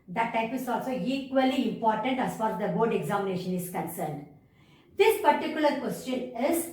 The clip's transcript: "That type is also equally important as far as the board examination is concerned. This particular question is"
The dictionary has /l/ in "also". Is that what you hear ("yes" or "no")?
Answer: yes